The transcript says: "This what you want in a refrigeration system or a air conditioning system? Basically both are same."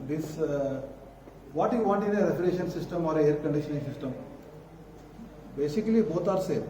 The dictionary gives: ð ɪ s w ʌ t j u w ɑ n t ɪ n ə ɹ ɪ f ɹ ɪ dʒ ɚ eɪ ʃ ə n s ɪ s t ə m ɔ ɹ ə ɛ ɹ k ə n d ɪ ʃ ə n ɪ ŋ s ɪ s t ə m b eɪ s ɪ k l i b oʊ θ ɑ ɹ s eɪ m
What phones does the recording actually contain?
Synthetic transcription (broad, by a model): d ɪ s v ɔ t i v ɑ t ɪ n ə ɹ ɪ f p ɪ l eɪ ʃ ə n s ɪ s t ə m ɔ ɹ ə ɛ ɹ k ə n d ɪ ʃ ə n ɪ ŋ s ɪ s t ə m b eɪ s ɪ k l i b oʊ t ɑ ɹ s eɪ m